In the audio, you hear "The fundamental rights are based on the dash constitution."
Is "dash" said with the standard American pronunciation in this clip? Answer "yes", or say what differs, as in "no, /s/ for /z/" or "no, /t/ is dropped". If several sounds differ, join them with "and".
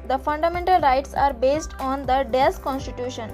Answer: no, /s/ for /ʃ/